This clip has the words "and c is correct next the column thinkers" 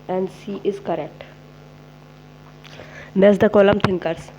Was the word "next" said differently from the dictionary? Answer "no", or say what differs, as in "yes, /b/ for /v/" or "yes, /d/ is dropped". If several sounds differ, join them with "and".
yes, /k/ is dropped